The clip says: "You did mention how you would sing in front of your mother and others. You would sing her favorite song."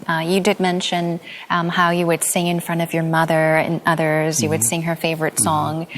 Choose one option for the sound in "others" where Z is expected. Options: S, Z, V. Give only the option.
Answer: Z